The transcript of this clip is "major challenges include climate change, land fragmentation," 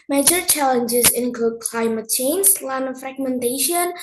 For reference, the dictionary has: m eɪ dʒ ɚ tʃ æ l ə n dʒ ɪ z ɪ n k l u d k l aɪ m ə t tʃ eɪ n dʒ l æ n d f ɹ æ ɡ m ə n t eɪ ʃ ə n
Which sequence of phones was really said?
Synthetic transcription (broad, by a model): m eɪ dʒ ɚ tʃ æ l ə n dʒ ɪ z ɪ n k l u d k l aɪ m ə t tʃ eɪ n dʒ l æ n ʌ f ɹ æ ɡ m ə n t eɪ ʃ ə n